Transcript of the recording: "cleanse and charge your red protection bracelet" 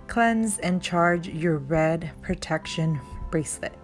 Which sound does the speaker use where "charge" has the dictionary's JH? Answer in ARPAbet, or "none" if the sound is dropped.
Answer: JH